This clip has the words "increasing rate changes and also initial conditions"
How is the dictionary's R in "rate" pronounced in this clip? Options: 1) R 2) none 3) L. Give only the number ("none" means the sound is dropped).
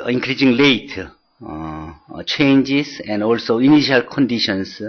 3